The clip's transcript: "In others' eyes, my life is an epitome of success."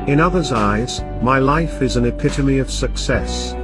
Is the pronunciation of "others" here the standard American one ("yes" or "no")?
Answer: yes